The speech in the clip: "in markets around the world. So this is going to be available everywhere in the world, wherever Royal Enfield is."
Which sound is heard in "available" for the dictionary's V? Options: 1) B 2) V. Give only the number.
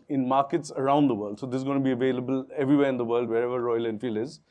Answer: 2